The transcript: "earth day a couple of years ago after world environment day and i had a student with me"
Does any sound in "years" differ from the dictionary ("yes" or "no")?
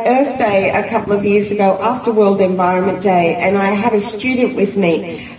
no